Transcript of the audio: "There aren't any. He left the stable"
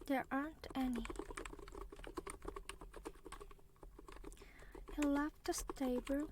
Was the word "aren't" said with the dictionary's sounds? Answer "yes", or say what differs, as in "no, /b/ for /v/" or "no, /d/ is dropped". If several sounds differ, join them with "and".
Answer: yes